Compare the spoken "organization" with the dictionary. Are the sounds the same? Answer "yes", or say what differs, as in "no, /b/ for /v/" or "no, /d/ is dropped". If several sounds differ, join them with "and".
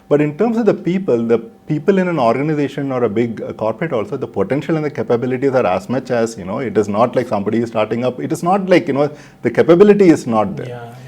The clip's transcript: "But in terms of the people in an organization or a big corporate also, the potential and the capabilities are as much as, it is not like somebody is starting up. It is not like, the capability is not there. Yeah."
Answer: yes